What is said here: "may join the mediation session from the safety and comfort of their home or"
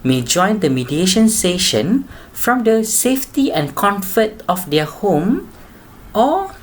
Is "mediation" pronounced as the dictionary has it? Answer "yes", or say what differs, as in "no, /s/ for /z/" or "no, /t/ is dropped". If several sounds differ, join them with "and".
yes